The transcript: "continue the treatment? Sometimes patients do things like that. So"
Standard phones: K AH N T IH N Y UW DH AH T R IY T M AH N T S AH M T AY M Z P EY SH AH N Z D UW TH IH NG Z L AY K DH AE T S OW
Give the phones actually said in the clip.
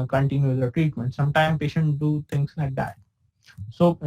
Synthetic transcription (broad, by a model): K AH N T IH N Y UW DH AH T R IY T M AH N T S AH M T AY M P EY SH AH N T D UW T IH NG S L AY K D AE T S OW